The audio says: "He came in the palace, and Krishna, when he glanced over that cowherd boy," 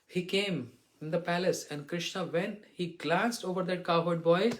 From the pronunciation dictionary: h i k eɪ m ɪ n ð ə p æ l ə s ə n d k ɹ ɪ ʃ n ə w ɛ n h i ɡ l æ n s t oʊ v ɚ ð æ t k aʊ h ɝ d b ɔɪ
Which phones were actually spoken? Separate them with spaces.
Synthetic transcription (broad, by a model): h i k eɪ m ɪ n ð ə p æ l ə s ə n d k ɹ ɪ ʃ n ə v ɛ n h i ɡ l æ n s t oʊ v ɚ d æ t k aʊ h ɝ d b ɔɪ